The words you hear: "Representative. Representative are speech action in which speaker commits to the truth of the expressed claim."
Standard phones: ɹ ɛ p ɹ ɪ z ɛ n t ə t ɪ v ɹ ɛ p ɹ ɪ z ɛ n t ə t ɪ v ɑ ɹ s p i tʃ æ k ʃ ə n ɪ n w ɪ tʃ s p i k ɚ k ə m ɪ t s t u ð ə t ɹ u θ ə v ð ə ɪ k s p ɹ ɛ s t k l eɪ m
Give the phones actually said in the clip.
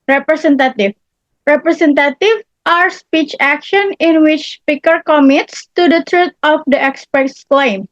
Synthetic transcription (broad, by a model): ɹ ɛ p ɹ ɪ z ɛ n t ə t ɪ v ɹ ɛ p ɹ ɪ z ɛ n t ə t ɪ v ɑ ɹ s p i tʃ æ k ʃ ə n ɪ n w ɪ tʃ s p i k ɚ k ə m ɪ t s t u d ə t ɹ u t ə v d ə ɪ k s p ɛ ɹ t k l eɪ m